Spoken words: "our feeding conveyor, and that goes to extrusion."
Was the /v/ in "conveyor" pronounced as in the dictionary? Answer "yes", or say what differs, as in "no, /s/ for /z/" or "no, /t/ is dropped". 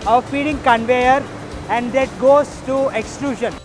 yes